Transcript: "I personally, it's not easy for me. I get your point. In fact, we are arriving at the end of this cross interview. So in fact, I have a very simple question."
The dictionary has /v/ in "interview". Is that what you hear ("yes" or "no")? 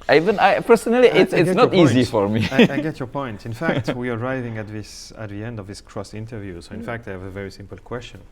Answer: yes